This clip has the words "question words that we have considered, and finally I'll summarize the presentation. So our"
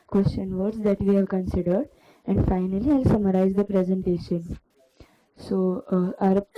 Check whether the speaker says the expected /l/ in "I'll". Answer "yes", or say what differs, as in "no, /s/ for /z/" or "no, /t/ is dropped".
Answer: yes